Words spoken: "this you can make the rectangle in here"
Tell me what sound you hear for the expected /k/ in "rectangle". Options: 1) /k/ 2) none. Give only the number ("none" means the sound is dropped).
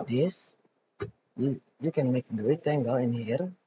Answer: 2